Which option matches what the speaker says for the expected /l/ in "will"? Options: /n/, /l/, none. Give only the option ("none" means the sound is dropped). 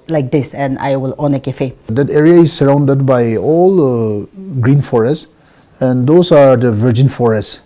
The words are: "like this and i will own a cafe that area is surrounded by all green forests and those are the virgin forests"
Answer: /l/